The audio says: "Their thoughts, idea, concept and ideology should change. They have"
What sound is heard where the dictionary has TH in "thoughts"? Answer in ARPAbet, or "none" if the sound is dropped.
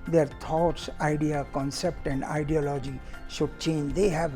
T